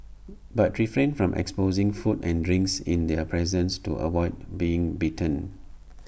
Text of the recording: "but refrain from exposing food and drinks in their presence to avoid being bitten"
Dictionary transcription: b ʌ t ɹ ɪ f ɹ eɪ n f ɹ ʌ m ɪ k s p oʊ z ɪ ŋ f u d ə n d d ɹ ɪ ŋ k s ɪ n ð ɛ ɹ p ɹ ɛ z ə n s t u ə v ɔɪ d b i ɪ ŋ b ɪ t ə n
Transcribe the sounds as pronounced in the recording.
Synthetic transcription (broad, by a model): b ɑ t ɹ ɪ f ɹ eɪ n f ɹ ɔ m ɪ k s p oʊ z ɪ ŋ f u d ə n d d ɹ ɪ ŋ k s ɪ n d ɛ p ɹ ɛ z ə n s t u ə w ɔɪ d b i ɪ ŋ b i t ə n